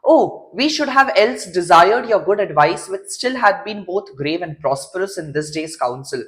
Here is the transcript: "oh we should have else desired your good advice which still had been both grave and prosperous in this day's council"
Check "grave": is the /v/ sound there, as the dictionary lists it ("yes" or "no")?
yes